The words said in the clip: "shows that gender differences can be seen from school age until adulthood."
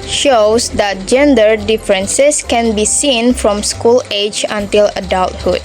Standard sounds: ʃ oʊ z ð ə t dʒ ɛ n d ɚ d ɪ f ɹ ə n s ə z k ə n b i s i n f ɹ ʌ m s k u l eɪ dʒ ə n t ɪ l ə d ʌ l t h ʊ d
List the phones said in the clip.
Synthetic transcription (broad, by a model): ʃ oʊ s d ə t dʒ ɛ n d ɚ d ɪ f ɹ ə n s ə s k ə n b i s i n f ɹ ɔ m s k u l eɪ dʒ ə n t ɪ l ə d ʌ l t h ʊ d